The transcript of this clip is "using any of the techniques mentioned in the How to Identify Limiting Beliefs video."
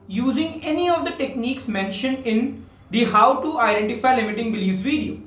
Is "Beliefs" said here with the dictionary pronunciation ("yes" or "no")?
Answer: no